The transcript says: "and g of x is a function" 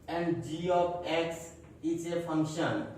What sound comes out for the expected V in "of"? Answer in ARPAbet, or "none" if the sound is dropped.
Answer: P